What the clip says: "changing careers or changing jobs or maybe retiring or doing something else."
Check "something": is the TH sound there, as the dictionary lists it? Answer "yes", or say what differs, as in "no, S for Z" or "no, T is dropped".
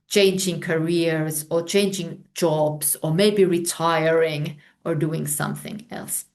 yes